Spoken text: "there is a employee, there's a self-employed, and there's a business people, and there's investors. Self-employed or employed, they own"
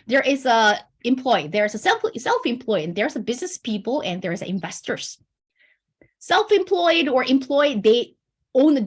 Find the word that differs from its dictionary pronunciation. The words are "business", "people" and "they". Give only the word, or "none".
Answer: none